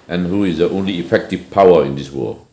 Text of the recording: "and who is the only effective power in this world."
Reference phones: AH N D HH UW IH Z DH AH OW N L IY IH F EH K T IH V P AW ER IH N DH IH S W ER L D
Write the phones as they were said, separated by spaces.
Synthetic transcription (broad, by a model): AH N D HH UW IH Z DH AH OW N L IY IH F EH K T IH V P AW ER IH N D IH S W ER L